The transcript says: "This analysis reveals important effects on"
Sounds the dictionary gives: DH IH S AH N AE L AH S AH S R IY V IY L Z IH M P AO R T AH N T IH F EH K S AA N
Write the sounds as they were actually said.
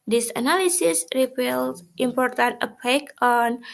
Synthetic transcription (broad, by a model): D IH S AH N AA L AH S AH S R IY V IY L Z IH M P AO R T AH N T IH P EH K AA N